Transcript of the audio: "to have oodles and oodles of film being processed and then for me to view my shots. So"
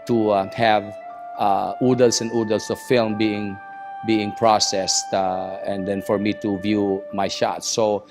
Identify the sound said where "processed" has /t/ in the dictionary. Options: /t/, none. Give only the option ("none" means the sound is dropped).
/t/